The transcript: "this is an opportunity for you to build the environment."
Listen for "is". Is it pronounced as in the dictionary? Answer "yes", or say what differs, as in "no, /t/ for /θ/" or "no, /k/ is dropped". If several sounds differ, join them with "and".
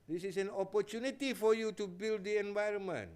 no, /s/ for /z/